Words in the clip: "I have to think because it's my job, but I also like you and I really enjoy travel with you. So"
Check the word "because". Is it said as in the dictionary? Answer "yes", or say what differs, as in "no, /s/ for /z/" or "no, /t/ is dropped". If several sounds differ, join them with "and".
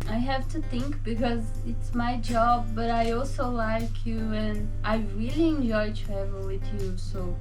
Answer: yes